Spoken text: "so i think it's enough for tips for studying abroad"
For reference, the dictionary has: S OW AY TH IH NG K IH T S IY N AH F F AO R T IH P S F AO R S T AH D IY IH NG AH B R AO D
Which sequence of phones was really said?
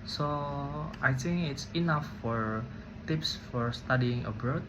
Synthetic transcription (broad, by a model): S OW AY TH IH NG K IH T S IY N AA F F AO R T IH P S F AO R S T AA D IY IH NG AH B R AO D